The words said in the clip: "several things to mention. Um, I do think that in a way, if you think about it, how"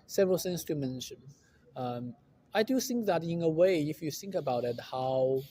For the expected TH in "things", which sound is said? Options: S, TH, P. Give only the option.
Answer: S